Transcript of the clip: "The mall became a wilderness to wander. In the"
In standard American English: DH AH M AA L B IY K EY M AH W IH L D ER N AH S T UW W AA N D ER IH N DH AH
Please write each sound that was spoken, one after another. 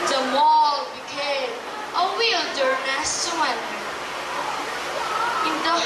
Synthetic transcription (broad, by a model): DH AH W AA L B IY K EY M AH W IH L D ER AH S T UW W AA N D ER IH N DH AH